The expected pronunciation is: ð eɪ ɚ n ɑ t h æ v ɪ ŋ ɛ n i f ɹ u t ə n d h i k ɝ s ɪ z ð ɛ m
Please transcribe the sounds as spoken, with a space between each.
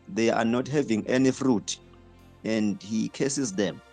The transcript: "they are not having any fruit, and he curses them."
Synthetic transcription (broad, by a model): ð eɪ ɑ n ɑ t h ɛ v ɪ ŋ ɛ n i f ɹ u t ə n d h i k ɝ s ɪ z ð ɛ m